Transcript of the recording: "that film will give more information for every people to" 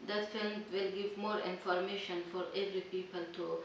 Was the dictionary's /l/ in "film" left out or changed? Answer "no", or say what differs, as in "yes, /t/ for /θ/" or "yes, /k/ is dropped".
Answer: no